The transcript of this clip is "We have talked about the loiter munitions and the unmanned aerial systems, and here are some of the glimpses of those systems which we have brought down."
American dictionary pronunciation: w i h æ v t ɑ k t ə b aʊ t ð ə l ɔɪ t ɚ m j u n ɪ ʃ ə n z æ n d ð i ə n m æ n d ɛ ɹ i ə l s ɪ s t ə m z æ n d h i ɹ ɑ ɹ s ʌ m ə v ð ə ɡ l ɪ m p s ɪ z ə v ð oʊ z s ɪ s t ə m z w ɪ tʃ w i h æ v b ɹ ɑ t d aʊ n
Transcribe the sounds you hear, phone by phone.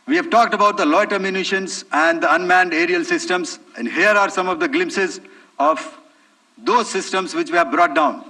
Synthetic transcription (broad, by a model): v i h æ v t ɑ k t ə b aʊ t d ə l ɔɪ t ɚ m j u n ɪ ʃ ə n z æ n d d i ə n m æ n d ɛ ɹ i ə l s ɪ s t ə m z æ n d h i ɹ ɑ ɹ s ʌ m ə v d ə ɡ l ɪ m p s ɪ z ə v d oʊ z s ɪ s t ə m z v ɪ tʃ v i h æ v b ɹ ɑ t d aʊ n